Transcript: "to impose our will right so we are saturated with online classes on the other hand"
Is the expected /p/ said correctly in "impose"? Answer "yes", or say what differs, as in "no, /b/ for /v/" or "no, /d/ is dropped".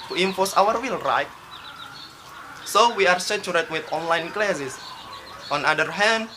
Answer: no, /f/ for /p/